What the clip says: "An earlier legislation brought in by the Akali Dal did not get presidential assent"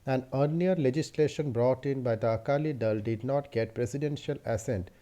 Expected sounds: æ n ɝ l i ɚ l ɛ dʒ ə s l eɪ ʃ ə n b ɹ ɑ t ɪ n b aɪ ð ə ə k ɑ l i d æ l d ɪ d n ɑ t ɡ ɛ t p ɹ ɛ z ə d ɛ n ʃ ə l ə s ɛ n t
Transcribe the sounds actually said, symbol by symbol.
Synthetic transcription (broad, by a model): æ n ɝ n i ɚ l ɛ dʒ ə s l eɪ ʃ ə n b ɹ ɑ t ɪ n b aɪ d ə ə k ɑ l i d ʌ l d ɪ d n ɑ t ɡ ɛ t p ɹ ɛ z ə d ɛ n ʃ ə l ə s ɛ n t